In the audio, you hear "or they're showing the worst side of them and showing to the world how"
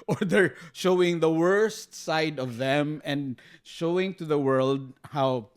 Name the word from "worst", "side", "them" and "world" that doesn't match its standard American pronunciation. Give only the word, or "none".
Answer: none